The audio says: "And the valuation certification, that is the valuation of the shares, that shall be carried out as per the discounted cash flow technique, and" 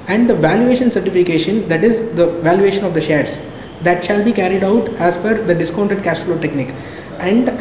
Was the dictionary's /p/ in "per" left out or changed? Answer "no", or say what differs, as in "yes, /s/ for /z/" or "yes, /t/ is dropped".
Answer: yes, /f/ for /p/